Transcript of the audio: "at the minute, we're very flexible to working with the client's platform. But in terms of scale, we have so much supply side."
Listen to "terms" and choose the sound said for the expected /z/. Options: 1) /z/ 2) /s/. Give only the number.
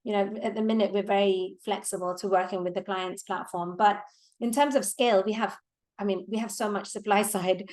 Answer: 1